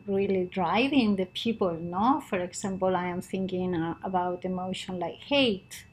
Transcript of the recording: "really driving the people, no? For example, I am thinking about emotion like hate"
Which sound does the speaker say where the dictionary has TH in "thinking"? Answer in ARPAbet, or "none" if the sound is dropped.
TH